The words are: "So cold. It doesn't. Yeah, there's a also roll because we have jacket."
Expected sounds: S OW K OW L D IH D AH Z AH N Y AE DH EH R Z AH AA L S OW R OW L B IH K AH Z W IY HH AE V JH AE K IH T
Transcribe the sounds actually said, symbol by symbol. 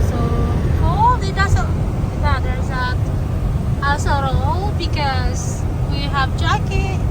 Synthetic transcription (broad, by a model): S OW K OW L IH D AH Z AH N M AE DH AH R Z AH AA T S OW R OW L B IH K AH Z W IY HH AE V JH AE K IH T